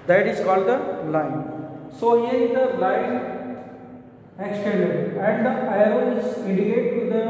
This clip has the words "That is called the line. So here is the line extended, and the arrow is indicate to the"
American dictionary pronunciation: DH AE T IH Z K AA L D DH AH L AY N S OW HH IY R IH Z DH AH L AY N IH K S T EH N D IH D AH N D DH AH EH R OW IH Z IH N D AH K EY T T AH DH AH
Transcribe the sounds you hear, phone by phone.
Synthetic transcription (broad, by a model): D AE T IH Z K AA L D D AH L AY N S OW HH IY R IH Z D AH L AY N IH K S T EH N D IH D AH N D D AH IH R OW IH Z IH D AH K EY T T AH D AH